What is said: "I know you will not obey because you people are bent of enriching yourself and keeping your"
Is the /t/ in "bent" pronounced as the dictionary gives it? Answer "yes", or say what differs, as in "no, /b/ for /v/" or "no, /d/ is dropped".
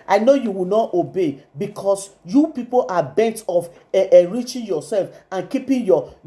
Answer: yes